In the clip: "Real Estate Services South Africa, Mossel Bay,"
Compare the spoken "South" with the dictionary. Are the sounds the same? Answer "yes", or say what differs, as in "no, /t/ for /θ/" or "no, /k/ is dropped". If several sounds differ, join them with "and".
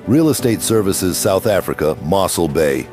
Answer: yes